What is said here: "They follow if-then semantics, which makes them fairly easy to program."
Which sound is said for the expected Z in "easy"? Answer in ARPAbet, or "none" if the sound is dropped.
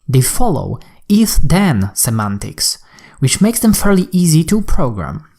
Z